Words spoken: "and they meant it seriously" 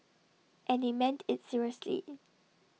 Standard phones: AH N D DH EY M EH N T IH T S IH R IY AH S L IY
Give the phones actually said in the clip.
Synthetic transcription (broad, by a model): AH N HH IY M EH N T IH T S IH R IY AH S L IY